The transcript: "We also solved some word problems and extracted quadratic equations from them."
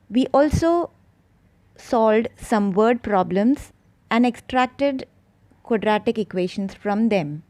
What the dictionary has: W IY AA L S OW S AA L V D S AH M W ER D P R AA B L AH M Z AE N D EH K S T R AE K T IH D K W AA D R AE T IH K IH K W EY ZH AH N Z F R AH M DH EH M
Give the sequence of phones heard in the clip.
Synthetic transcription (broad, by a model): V IY AA L S OW S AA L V D S AH M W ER D P R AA B L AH M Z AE N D EH K S T R AE K T IH D K W AA D R AE T IH K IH K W EY SH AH N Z F R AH M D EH M